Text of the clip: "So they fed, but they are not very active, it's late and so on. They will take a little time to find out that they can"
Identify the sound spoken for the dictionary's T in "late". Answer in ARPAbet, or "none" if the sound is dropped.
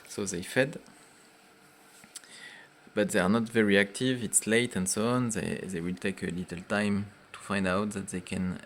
T